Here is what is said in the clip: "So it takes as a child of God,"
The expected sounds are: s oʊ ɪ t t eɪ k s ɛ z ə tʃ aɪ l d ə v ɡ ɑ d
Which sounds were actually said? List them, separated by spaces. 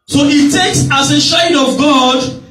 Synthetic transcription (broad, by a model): s oʊ ɪ t t eɪ k s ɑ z ə ʃ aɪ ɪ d ə v ɡ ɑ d